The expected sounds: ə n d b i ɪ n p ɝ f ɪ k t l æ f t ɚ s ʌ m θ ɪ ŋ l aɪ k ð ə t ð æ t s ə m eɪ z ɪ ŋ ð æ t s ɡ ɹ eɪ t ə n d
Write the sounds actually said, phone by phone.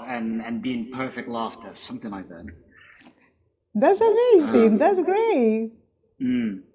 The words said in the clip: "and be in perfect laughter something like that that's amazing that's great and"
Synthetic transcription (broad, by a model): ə n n b i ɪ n p ɝ f ɪ k t l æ f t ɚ s ʌ m θ ɪ ŋ aɪ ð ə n ð æ t s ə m eɪ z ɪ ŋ ð æ t s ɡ ɹ eɪ ə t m